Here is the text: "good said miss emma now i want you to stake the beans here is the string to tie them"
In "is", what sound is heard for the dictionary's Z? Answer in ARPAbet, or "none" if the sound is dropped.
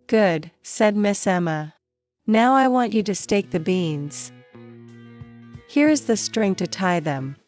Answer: Z